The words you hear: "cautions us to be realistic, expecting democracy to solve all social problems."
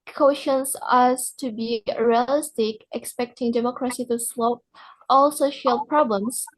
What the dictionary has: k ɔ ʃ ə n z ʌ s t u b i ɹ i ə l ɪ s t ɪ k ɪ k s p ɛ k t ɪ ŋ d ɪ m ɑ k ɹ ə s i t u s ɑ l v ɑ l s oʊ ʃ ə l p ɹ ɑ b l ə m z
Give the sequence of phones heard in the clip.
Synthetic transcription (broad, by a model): k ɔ ʃ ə n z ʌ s t u b i ɹ i ə l ɪ s t ɪ k ɪ k s p ɛ k t ɪ ŋ d ɪ m ɑ k ɹ ə s i t u s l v ɑ l s oʊ ʃ ə l p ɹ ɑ b l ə m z